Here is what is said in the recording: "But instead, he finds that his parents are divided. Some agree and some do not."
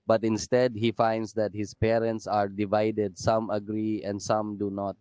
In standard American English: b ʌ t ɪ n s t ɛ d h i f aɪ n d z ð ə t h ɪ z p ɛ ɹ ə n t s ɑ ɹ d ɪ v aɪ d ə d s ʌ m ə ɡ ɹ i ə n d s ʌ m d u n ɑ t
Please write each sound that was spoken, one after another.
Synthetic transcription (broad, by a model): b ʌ t ɪ n s t ɛ d h i f aɪ n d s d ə t h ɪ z p ɛ ɹ ə n t s ɑ ɹ d ɪ v aɪ d ə d s ʌ m ə ɡ ɹ i ə n d s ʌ m d u n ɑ t